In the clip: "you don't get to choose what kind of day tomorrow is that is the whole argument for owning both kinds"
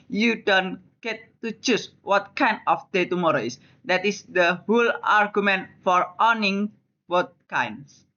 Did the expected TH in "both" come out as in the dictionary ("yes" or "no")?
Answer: no